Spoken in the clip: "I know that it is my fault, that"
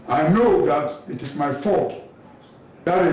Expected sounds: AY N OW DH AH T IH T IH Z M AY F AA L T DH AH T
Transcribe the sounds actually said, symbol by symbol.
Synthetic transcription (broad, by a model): AY N OW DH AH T IH T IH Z M AY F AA T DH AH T